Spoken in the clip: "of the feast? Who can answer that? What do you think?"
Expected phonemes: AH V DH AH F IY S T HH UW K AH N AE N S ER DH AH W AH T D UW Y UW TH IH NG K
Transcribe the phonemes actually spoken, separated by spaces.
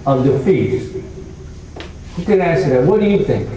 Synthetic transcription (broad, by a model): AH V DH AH F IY T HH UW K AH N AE S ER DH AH W AH T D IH Y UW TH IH NG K